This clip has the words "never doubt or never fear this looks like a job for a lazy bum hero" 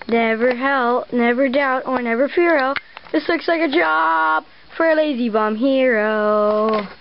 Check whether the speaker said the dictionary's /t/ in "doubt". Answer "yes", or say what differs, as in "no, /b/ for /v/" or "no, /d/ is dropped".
yes